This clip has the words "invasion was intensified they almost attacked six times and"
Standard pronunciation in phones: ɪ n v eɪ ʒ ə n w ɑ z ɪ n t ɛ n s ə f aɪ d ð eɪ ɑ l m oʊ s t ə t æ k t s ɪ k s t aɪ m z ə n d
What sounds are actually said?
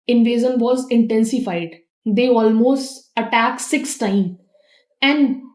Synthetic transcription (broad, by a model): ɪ n v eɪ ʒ ə n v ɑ z ɪ n t ɛ n s ə f aɪ d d eɪ ɑ l m oʊ s t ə t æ k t s ɪ k s t aɪ m ə n d